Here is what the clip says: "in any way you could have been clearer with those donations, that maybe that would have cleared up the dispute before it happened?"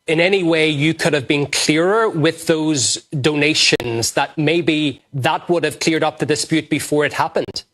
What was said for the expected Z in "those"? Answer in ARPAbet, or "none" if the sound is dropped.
Z